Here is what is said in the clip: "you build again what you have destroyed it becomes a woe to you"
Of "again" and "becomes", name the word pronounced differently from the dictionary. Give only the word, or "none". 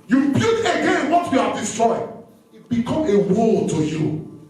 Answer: becomes